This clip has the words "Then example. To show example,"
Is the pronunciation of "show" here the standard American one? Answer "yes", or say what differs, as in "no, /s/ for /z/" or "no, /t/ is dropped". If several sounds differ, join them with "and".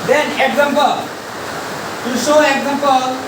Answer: no, /s/ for /ʃ/